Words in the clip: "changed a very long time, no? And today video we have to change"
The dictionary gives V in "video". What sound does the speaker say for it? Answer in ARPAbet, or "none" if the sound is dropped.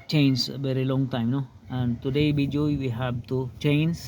B